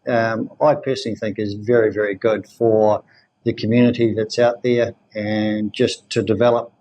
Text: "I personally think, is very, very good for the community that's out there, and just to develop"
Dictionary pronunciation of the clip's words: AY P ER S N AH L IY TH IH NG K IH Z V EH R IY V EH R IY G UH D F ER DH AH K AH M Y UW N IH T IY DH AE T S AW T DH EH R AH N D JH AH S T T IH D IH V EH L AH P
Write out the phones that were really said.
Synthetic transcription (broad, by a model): AY P ER S N L IY TH IH NG K IH Z V EH R IY V EH R IY G UH D F ER DH AH K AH M Y UW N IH T IY DH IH T S AW T DH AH R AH N JH AH S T T IH D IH V EH L AH P